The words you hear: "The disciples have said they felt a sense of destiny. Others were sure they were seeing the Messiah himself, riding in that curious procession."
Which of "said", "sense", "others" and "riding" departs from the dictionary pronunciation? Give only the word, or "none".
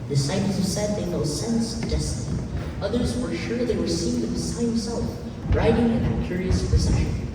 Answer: none